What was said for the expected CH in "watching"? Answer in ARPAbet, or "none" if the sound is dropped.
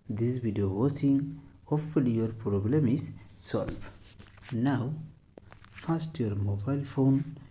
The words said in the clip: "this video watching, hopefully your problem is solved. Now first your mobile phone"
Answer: S